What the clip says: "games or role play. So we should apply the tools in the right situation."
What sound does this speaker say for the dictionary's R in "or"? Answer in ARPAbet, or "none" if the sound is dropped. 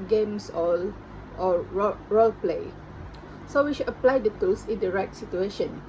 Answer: L